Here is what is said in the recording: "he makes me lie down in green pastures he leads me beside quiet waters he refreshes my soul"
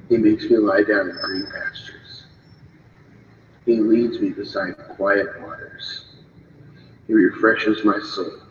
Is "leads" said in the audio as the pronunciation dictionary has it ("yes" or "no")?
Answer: yes